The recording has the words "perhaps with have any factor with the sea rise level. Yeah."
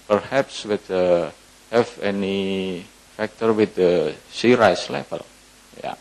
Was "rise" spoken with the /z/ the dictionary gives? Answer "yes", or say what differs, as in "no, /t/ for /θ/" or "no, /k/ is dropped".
no, /s/ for /z/